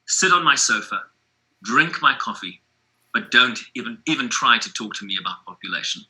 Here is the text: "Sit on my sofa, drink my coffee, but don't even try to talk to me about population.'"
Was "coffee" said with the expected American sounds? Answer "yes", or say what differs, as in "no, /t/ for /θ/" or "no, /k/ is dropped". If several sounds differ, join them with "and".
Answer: yes